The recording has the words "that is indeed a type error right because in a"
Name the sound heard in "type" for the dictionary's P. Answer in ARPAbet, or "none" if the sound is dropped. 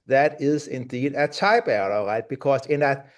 B